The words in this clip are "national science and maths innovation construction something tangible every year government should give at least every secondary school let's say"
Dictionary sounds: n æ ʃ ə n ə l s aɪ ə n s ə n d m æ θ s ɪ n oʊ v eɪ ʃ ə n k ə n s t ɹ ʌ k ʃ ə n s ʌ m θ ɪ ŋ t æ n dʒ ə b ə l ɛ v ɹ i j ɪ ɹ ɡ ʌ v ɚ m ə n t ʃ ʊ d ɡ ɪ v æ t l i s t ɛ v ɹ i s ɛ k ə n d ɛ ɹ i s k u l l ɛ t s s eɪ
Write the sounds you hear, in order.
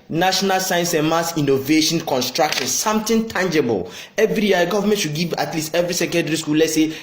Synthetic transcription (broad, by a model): n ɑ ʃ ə n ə l s aɪ ə n s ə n m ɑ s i n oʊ v eɪ ʃ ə n k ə n s t ɹ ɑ k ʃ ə n s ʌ m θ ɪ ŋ t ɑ n dʒ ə b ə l ɛ v ɹ i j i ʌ ɡ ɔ v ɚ m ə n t ʃ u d ɡ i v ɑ t l i s t ɛ v ɹ i s ɛ k ə n d ɛ ɹ i s k u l l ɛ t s s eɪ